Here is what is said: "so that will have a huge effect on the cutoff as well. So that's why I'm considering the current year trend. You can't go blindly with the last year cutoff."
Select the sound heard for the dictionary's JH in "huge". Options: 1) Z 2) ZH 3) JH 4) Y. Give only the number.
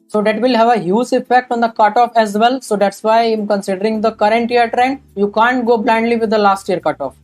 1